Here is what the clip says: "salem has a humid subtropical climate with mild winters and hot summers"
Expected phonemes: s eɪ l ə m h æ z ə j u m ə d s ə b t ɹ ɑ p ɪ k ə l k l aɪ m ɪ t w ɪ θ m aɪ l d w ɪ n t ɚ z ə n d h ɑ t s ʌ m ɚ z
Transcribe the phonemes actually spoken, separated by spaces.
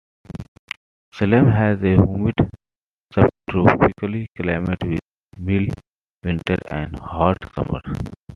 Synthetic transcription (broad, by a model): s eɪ l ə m h æ z ə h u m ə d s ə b t ɹ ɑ p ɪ k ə l k l aɪ m ɪ t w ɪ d m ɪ l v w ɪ n t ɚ ə n d h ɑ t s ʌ m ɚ